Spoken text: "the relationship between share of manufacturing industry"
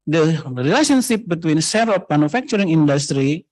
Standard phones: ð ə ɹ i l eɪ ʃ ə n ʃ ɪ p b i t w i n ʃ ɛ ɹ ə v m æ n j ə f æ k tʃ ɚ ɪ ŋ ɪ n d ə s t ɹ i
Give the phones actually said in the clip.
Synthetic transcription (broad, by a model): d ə ɹ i l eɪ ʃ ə n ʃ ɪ p b i t w i n s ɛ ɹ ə f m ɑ n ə f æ k tʃ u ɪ ŋ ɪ n d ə s t ɹ i